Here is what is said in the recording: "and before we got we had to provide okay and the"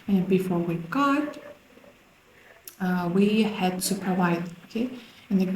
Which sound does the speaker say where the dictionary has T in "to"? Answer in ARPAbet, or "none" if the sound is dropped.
S